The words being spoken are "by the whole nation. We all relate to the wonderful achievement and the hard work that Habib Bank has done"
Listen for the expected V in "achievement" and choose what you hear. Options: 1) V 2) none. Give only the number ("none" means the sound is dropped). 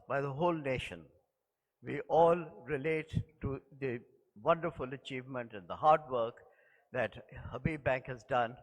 1